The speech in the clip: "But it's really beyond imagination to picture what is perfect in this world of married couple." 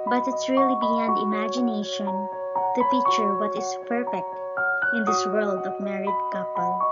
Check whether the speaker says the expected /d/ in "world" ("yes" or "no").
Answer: yes